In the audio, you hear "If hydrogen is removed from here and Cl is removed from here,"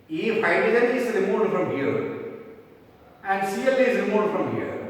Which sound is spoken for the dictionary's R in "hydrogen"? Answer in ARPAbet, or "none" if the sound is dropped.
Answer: none